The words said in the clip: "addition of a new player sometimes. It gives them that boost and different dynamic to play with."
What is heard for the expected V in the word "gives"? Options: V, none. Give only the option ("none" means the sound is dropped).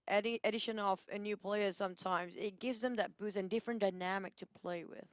V